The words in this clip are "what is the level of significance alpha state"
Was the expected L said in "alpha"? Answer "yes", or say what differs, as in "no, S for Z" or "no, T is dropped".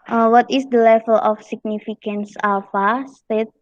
no, L is dropped